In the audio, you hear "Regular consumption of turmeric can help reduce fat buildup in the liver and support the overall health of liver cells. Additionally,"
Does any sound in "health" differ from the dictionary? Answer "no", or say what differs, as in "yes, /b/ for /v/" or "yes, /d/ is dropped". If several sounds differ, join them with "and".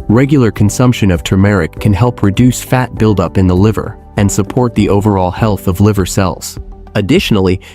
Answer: no